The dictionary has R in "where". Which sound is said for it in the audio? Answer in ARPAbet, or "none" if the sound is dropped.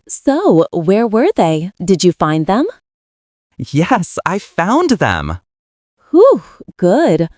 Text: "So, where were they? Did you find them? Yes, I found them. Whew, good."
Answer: R